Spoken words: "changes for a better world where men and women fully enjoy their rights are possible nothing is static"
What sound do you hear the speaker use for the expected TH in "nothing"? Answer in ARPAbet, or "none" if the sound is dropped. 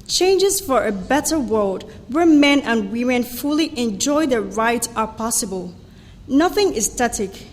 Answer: TH